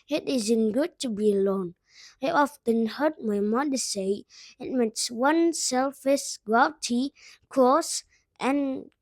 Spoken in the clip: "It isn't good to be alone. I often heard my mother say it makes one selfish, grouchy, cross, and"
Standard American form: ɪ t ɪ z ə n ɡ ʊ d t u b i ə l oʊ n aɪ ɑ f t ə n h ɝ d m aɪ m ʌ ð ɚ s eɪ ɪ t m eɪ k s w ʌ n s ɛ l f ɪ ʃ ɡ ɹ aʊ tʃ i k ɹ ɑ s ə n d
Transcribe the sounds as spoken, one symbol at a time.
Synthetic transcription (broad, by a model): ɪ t ɪ z ə n ɡ ʊ d t u b i ə l oʊ n aɪ ɑ f t ə n h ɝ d m aɪ m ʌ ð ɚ s eɪ ɪ t m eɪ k s w ʌ n s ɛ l f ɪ s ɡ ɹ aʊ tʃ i k ɑ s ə n